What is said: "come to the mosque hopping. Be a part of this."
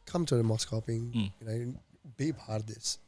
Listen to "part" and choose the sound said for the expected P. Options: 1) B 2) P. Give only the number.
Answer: 1